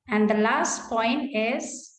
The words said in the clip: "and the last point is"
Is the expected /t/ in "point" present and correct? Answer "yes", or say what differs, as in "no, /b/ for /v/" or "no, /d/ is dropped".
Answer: yes